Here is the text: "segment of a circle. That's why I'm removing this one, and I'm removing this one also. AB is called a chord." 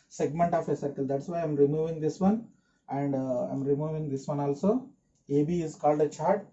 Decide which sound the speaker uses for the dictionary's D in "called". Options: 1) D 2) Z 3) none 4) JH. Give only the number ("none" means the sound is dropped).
1